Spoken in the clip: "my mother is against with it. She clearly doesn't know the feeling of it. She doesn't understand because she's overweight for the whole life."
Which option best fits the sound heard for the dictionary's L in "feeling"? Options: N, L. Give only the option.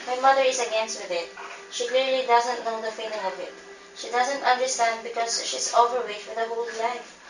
N